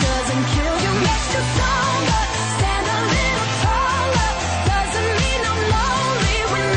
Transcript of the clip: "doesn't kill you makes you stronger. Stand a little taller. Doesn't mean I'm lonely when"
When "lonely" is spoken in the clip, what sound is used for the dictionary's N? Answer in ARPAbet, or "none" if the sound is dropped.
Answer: none